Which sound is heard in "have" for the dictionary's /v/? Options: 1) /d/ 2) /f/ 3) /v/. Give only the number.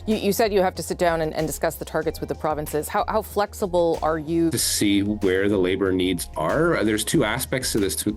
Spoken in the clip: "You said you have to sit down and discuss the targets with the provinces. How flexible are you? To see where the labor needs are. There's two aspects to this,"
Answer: 2